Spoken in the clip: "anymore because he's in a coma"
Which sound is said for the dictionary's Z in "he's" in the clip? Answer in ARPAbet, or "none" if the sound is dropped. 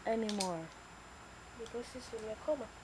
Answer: S